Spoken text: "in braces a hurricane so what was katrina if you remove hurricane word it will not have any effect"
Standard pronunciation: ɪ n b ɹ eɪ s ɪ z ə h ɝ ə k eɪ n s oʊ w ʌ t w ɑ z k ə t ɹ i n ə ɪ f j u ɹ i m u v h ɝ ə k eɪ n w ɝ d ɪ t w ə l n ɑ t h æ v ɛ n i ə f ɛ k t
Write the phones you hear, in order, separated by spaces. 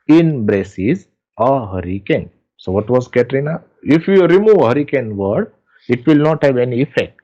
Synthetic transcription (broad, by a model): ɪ n b ɹ eɪ s ɪ z ə h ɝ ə k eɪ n s oʊ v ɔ t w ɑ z k ə t ɹ i n ə ɪ f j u ɹ i m u v h ɝ ə k eɪ n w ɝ d ɪ t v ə l n ɑ t h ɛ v ɛ n i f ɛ k t